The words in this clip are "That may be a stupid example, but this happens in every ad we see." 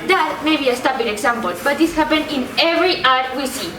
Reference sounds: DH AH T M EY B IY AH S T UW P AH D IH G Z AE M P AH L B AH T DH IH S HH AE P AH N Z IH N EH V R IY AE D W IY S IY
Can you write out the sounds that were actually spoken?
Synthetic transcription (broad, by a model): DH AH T M EY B IY AH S T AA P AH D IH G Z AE M P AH L B AH T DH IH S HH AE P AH N IH N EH V R IY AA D W IY S IY